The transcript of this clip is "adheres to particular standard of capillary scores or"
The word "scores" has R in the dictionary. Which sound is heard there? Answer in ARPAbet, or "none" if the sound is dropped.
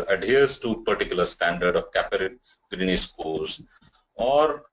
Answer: L